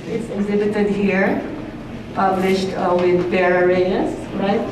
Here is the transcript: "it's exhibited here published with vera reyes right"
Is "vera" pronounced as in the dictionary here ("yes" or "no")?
no